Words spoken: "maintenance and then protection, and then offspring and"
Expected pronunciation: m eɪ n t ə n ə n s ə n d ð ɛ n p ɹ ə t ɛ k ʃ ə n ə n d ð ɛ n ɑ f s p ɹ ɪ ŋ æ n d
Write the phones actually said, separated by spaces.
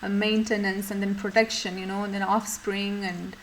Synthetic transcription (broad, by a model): m eɪ n t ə n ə n s ə n d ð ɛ n p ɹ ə t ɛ k ʃ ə n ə n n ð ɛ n ɑ f s p ɹ ɪ ŋ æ n d